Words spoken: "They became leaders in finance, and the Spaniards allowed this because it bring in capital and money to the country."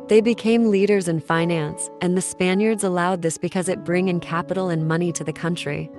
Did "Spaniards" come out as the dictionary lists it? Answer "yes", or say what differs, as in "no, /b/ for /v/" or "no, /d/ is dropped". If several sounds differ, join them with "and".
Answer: yes